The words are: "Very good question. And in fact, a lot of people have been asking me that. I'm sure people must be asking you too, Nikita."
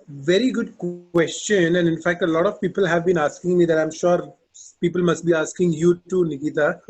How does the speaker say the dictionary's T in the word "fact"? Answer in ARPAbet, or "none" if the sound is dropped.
T